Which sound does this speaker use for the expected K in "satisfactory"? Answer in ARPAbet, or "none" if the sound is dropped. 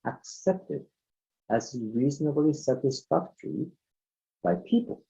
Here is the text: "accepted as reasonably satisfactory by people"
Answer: K